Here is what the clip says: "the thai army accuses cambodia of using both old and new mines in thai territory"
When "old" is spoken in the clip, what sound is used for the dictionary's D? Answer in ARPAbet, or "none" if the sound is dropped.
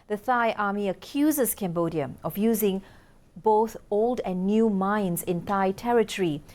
D